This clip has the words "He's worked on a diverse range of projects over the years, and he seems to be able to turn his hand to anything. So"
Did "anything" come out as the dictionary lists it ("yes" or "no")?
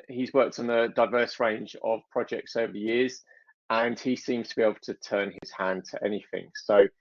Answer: yes